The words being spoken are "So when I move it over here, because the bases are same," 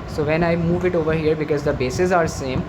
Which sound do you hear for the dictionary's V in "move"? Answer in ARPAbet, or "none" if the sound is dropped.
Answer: V